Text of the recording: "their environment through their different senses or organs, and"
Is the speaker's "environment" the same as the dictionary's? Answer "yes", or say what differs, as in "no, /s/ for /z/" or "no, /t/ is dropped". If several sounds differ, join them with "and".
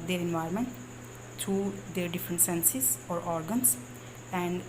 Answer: no, /ɹ/ is dropped